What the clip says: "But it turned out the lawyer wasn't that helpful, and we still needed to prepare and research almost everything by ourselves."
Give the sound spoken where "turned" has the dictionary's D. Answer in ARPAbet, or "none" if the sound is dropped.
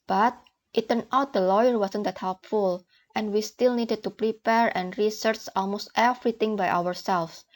none